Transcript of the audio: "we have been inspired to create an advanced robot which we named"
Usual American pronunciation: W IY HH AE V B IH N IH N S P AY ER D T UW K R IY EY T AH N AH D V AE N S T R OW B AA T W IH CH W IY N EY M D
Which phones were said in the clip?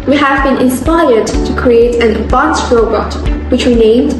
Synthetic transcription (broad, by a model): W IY HH AE V B IH N IH N S P AY ER D T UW K R IY EY T AH N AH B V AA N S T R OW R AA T W IH CH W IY N EY M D